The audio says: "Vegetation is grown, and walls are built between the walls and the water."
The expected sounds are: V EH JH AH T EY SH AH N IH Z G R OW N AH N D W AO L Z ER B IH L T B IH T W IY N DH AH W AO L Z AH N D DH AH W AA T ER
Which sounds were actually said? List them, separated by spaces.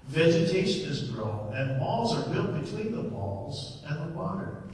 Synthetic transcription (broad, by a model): V EH JH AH T EY SH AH N IH Z G R OW N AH N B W AO L Z ER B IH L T B IH T W IY N DH AH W AO L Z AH N DH AH W AA T ER